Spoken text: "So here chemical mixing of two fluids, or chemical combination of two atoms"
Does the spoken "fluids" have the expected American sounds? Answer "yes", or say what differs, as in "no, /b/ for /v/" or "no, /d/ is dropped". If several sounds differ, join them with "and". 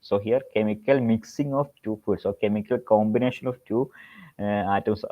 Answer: no, /l/ is dropped and /s/ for /z/